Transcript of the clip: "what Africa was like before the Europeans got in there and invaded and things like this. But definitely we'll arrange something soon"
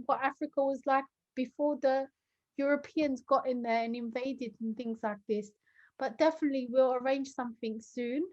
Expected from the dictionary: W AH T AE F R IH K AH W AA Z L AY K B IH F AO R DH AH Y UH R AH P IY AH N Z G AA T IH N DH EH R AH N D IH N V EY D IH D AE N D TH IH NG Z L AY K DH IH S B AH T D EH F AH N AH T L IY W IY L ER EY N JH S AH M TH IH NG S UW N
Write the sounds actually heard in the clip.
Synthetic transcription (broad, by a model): W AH T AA F R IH K AH W AA Z L AY K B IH F AO DH AH Y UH R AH P IY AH N Z G AA T IH N DH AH R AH N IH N V EY D IH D N TH IH NG Z L AY K DH IH S B AH T D EH F AH N AH T L IY W IY L ER EY N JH S AH M TH IH NG S UW N